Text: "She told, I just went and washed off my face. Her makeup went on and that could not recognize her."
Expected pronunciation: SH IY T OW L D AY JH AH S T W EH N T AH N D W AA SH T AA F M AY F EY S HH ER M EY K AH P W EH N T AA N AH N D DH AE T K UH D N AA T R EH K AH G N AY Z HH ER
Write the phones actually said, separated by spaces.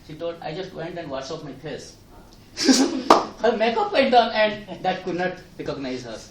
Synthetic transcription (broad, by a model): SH IY T OW L D AY JH AH S T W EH N T AH N D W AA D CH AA P M AY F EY S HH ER M EY K AH P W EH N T AA N AH N D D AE T K UH D N AA T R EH K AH G N AY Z HH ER